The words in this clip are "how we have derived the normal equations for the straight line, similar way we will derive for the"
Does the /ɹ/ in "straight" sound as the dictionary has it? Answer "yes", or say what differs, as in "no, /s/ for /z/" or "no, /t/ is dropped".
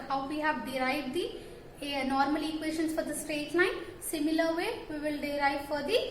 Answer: yes